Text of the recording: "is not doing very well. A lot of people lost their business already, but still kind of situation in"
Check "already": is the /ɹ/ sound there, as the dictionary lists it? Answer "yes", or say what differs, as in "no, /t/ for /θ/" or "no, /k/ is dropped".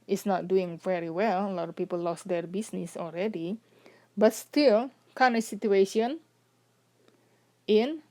no, /l/ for /ɹ/